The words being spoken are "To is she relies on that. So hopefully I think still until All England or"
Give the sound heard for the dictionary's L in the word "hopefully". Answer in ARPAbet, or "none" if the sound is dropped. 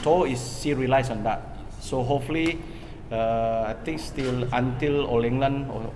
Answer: none